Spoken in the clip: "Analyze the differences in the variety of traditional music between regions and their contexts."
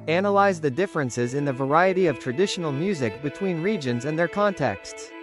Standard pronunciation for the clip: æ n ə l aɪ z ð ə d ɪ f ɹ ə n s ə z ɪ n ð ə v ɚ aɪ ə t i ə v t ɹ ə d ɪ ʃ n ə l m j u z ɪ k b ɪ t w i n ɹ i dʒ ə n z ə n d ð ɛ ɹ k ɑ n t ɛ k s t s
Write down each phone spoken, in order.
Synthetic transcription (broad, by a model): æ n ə l aɪ z ð ə d ɪ f ɹ ə n s ə z ɪ n ð ə v ɚ aɪ ə t i ə v t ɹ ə d ɪ ʃ n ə l m j u z ɪ k b ɪ t w i n ɹ i dʒ ə n z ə n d ð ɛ ɹ k ɑ n t ɛ k s t s